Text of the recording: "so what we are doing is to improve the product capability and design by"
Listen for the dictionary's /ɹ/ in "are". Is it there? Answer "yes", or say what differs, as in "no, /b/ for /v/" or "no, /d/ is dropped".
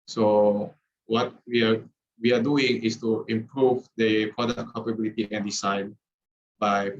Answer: no, /w/ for /ɹ/